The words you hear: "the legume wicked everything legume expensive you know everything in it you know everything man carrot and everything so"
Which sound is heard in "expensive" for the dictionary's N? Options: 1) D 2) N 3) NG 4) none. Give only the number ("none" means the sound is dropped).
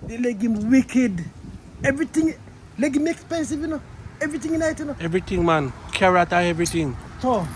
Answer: 2